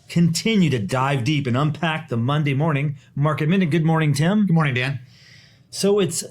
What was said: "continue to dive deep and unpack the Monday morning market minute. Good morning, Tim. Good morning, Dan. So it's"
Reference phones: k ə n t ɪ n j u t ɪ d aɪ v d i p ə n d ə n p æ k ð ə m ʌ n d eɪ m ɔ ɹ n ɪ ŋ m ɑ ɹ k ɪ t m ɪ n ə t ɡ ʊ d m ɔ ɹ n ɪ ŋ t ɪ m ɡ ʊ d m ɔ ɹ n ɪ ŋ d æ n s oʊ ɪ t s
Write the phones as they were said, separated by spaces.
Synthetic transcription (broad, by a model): k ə n t ɪ n j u t ɪ d aɪ v d i p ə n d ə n p æ k ð ə m ʌ n d eɪ m ɔ ɹ n ɪ ŋ m ɑ ɹ k ɪ t m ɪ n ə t ɡ ʊ d m ɔ ɹ n ɪ ŋ t ɪ m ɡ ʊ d m ɔ ɹ n ɪ ŋ d æ n s oʊ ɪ t s